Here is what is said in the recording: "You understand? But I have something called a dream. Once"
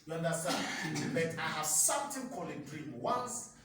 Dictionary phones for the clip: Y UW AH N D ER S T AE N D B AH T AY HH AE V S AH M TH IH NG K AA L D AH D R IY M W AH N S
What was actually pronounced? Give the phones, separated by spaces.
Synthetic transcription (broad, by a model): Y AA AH N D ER S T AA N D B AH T AY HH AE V S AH M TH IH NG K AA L AH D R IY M W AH N S